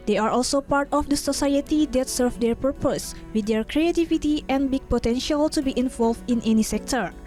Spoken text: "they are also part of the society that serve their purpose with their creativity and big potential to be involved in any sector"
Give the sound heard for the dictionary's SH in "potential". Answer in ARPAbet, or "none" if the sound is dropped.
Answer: SH